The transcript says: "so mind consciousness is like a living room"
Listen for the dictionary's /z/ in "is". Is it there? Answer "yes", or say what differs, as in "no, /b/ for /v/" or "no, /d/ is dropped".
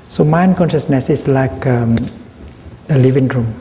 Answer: no, /s/ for /z/